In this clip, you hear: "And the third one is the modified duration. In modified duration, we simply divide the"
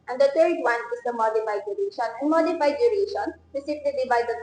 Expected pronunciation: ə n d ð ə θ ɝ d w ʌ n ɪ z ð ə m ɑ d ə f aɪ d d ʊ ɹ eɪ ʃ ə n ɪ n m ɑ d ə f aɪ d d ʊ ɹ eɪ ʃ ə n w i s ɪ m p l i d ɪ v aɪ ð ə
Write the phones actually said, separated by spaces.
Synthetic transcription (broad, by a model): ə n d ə t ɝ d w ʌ n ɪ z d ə m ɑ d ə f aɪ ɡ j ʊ ɹ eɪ ʃ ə n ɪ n m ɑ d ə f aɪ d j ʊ ɹ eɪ ʃ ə n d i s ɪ p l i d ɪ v aɪ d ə